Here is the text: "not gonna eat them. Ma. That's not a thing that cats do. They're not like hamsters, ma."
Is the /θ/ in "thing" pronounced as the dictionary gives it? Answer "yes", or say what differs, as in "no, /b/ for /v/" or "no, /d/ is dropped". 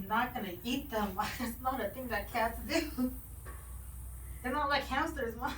yes